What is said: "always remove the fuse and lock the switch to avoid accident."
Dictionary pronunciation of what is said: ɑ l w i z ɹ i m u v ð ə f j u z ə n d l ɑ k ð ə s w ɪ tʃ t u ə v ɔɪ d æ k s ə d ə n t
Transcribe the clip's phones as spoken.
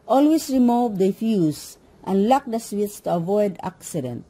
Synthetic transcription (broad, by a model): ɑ l w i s ɹ i m u v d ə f j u s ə n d l ɑ k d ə s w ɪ s t u ə v ɔɪ d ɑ k s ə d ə n t